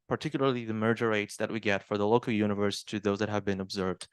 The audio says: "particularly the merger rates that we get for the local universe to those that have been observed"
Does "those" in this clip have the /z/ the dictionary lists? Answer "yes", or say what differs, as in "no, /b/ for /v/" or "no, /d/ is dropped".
yes